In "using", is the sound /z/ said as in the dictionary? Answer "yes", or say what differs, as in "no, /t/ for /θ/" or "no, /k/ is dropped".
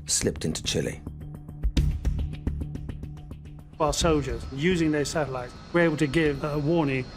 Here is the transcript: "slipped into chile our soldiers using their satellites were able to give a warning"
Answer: yes